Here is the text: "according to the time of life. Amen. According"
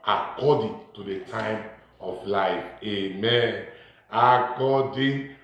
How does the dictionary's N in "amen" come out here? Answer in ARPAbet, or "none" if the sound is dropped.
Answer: N